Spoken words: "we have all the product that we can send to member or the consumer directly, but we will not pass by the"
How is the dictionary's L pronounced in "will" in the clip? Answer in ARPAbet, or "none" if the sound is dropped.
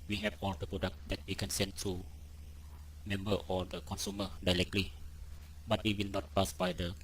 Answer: L